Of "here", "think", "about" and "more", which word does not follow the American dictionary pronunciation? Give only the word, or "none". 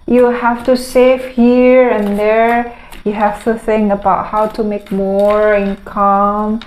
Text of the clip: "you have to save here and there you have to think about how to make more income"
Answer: think